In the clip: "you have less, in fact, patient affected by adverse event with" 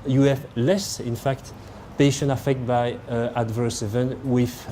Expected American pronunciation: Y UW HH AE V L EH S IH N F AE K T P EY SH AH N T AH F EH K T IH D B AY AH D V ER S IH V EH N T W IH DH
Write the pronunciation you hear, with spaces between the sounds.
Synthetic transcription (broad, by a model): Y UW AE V L EH S IH N F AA K T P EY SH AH N AH F EH K T B AY AH D V ER S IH V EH N W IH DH